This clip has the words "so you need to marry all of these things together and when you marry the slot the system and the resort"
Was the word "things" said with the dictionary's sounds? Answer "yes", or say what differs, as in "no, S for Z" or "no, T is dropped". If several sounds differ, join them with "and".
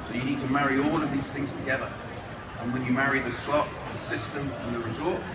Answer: yes